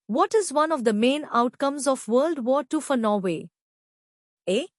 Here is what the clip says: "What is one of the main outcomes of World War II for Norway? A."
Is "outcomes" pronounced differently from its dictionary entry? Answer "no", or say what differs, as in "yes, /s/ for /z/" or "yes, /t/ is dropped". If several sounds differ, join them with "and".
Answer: no